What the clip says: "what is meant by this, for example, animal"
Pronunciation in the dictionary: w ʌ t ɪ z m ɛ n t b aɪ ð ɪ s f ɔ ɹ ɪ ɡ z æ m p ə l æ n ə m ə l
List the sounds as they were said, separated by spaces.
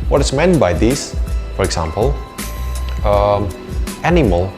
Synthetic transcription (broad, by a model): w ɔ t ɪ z m ɛ n t b aɪ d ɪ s f ɔ ɹ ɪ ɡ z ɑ m p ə l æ n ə m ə l